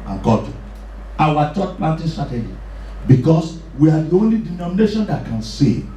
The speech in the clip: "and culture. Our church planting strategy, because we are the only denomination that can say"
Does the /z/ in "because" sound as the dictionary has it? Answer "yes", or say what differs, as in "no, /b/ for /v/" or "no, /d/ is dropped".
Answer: no, /s/ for /z/